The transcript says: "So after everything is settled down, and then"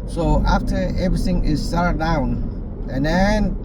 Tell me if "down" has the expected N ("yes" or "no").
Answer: yes